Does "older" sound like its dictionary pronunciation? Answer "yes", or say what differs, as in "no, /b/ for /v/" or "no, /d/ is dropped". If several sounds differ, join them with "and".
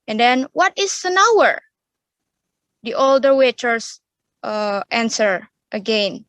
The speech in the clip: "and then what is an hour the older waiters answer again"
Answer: yes